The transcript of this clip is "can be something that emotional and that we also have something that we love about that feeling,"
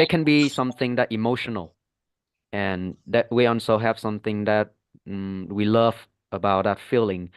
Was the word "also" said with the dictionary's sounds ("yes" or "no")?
no